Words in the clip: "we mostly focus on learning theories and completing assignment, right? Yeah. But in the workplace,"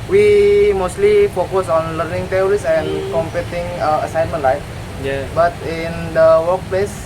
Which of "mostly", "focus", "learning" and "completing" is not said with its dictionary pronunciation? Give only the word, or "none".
completing